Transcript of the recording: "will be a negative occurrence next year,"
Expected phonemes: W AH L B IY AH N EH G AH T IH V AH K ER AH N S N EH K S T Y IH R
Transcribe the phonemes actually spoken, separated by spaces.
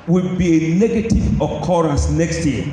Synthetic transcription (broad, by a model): W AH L B IY AH N EH G AH T IH V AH K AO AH N S N EH K S T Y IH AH